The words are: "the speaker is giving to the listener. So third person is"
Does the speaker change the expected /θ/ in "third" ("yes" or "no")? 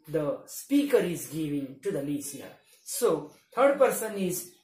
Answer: yes